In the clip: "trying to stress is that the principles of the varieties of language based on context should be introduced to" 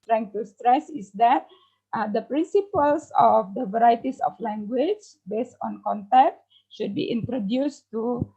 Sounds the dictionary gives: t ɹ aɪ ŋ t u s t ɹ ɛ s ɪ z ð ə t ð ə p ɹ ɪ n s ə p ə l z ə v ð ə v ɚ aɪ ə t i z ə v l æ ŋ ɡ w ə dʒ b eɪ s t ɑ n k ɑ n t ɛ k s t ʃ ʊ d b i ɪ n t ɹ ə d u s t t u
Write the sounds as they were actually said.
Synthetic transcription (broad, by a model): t ɹ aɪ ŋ t u s t ɹ ɛ s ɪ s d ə t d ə p ɹ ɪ n s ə p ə l s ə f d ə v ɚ aɪ t i s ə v l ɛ ŋ ɡ w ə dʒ b eɪ s t ɑ n k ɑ n t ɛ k t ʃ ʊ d b i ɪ n t ɹ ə d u s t t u